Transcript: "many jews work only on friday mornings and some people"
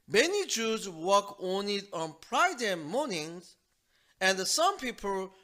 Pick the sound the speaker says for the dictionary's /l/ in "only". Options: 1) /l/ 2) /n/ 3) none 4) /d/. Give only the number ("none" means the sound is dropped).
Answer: 3